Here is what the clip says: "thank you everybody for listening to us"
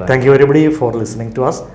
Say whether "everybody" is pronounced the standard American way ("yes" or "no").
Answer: no